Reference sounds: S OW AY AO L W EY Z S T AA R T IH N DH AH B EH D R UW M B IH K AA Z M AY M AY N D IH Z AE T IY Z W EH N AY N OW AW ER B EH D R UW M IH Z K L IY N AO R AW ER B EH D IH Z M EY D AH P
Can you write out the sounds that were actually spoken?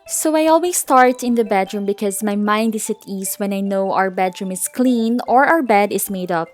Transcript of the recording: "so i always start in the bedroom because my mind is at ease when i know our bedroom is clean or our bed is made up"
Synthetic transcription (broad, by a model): S OW AY AO L W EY S T AA R T IH N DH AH B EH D R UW M B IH K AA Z M AY M AY N D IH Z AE T IY S W EH N AY N OW AW ER B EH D R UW M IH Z K L IY N AO R AW ER B EH D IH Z M EY D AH P